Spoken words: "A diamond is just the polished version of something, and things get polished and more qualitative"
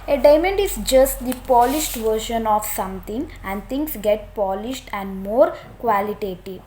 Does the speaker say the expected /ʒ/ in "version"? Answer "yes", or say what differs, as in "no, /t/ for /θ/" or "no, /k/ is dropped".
no, /ʃ/ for /ʒ/